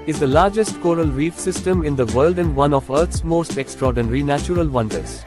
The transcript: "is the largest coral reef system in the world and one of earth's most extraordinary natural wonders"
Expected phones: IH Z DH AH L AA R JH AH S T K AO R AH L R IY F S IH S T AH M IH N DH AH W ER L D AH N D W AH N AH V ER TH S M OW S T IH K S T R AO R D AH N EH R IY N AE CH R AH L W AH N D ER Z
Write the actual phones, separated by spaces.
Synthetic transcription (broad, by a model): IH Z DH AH L AA R JH AH S T K AO R AH L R IY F S IH S T AH M IH N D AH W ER L D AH N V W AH N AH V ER T S M OW S T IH K S T R AO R D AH N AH R IY N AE CH R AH L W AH N D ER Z